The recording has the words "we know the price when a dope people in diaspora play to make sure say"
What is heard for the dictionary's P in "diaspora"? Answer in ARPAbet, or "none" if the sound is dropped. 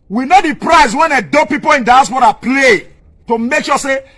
B